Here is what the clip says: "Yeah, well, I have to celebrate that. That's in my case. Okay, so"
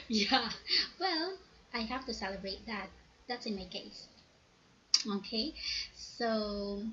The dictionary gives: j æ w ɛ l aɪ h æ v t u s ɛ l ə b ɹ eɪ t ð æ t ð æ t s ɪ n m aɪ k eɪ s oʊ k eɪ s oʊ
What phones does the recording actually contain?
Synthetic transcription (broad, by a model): j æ w ɛ l aɪ h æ f t u s ɛ l ə b ɹ eɪ t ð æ t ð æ t s ɪ n m aɪ k eɪ s oʊ k eɪ s oʊ